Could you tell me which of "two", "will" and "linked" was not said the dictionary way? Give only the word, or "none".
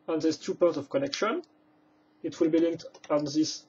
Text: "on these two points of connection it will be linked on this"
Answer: none